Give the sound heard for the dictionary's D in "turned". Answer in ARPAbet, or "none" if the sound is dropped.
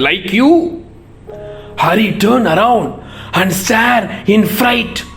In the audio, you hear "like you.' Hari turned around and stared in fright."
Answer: none